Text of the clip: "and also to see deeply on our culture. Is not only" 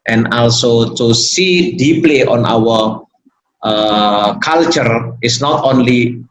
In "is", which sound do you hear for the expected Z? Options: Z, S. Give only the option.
S